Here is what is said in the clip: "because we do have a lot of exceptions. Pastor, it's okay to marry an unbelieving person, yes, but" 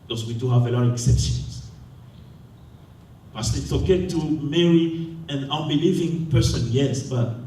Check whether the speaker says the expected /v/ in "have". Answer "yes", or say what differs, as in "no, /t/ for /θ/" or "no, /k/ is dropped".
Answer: yes